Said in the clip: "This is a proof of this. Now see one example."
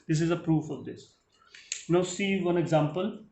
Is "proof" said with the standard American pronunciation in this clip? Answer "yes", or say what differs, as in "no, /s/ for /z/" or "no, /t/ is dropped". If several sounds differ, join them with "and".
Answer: yes